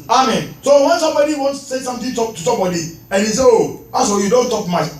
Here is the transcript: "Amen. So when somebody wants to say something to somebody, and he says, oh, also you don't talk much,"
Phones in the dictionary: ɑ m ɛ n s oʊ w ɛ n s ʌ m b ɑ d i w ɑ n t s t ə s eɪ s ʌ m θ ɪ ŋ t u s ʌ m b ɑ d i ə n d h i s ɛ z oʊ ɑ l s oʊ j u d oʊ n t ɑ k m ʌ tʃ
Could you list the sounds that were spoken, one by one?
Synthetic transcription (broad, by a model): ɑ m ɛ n s oʊ w ɛ n s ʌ m b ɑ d i w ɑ n s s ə s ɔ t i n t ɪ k t u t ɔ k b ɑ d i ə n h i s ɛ oʊ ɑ s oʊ j u d oʊ n t ɑ k m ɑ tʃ